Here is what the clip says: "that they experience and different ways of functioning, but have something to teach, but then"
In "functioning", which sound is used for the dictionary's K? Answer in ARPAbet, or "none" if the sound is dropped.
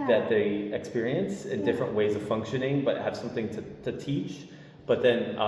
K